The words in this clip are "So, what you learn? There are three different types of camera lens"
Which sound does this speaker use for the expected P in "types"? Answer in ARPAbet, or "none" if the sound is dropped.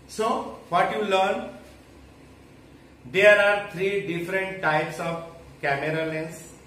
P